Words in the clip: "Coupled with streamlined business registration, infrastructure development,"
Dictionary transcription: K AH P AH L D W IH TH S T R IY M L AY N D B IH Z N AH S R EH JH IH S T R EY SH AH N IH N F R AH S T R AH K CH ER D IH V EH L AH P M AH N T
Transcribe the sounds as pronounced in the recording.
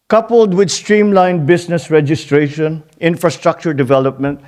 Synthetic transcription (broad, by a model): K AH P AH L D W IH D S T R IY M L AY N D B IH S N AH S R EH JH IH S T R EY SH AH N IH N F R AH S T R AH K CH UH D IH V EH L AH P M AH N T